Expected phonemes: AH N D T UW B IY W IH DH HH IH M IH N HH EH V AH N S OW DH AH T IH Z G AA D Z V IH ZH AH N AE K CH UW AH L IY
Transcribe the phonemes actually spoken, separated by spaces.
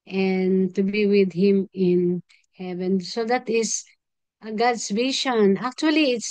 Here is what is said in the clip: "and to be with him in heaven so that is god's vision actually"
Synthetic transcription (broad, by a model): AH N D T UW B IY W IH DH HH IH M IH N HH EH V AH N S OW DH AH T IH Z G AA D S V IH SH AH N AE K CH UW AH L IY